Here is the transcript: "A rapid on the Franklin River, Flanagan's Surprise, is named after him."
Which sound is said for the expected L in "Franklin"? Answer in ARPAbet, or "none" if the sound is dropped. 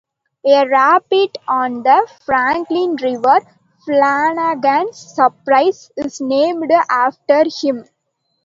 L